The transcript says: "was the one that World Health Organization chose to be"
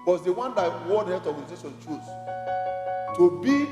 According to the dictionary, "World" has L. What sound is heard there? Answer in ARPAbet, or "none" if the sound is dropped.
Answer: none